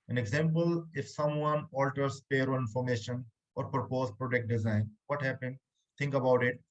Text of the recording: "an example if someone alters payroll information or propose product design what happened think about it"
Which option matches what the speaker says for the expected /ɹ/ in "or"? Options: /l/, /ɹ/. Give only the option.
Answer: /ɹ/